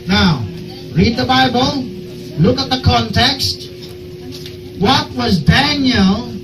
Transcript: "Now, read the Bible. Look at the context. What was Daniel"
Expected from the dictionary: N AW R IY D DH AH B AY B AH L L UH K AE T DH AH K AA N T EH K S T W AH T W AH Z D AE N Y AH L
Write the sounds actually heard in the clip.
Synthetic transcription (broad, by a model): N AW R IY D DH AH B AY B AH L L UH K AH T DH AH K AA N T EH K S T W AH T W AH Z D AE N Y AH L